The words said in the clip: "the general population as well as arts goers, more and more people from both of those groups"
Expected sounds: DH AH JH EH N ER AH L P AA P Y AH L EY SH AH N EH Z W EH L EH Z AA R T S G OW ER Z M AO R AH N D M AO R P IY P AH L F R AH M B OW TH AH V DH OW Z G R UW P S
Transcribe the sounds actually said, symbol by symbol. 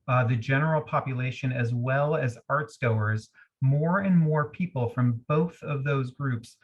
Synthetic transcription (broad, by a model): DH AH JH EH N ER L P AA P Y AH L EY SH AH N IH Z W EH L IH Z AA R T S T OW ER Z M AO R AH N M AO R P IY P L F R AH M B OW TH AH V DH OW Z G R UW P S